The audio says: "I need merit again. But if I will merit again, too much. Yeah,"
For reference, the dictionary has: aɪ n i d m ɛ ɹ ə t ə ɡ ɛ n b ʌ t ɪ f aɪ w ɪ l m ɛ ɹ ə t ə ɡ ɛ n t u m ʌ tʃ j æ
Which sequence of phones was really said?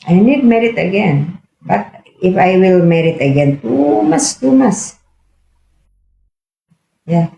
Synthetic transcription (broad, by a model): aɪ n i d m ɛ ɹ ə t ə ɡ ɛ n b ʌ t ɪ f aɪ w ɪ l m ɛ ɹ ə t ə ɡ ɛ n t u m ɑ s j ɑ